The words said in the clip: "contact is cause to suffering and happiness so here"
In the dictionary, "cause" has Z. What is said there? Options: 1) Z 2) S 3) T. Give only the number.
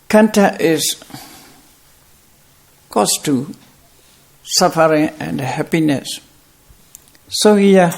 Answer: 2